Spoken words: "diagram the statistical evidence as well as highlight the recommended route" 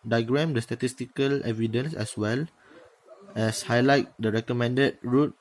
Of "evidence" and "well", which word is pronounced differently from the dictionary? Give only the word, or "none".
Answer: none